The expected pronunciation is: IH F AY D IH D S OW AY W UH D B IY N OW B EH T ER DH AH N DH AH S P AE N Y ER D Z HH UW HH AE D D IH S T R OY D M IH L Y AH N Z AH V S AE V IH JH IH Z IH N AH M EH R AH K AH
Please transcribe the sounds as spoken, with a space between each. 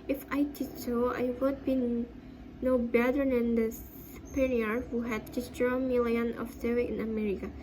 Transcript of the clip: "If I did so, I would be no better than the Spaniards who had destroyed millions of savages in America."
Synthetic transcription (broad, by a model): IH F AY D IH D S OW AY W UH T B IY N OW B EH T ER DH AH N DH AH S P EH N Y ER HH UW HH AE D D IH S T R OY M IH L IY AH N AH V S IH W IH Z IH N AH M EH R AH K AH